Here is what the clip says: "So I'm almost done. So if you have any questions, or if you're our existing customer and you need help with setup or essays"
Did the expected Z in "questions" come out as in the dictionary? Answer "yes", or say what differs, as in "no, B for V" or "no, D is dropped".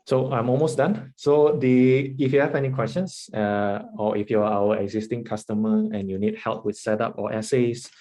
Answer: no, S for Z